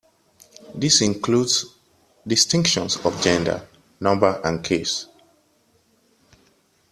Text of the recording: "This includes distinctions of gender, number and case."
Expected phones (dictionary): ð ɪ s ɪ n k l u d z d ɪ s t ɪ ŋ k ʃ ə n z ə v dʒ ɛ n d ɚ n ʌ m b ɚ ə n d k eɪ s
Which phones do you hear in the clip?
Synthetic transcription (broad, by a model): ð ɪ s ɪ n k l u d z d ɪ s t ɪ ŋ k ʃ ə n s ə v dʒ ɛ n d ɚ n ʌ m b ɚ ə n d k eɪ s